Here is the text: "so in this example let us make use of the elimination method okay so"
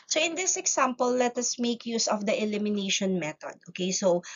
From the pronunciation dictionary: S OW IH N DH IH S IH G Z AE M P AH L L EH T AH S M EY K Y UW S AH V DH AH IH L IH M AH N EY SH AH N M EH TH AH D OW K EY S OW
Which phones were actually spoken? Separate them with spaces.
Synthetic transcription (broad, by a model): S OW IH N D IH S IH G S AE M P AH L L EH T AH S M EY K Y UW S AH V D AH IH L IH M AH N EY SH AH N M EH T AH D OW K EY S OW